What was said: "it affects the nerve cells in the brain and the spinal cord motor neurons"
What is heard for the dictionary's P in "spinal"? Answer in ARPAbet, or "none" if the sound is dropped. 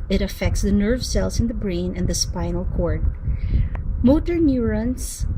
P